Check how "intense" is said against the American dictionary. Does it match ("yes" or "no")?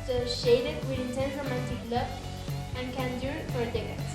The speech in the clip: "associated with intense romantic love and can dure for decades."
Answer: no